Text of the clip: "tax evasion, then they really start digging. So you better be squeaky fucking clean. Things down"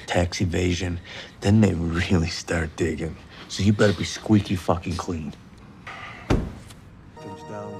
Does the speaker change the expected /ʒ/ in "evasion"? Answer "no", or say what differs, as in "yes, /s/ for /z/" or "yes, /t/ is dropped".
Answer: no